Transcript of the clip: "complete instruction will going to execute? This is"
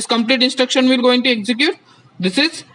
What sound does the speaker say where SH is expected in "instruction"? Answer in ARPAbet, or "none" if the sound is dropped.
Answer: SH